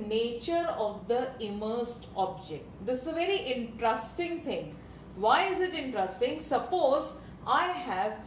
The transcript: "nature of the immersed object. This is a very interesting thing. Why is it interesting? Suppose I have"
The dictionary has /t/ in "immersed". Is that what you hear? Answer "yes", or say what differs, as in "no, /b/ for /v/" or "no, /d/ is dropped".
yes